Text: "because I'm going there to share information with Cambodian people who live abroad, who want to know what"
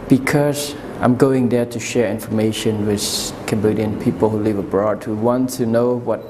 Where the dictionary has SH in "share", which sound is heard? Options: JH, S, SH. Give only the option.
SH